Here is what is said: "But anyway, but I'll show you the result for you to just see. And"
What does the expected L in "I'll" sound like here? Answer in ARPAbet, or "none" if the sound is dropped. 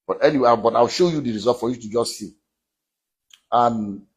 W